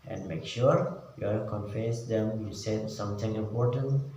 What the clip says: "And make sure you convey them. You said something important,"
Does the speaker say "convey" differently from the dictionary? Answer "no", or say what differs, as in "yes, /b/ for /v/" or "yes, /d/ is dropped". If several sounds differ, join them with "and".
yes, /f/ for /v/